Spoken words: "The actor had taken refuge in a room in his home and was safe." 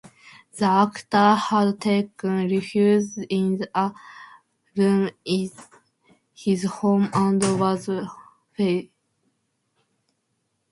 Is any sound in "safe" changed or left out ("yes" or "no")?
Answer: yes